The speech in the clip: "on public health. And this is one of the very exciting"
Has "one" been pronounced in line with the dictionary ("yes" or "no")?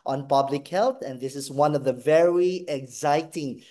yes